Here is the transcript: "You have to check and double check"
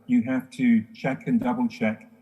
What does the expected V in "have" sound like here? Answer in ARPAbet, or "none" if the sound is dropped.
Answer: F